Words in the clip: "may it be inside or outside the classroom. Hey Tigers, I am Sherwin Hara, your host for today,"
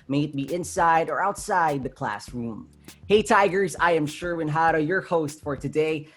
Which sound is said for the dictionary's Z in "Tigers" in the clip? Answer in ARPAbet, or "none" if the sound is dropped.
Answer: Z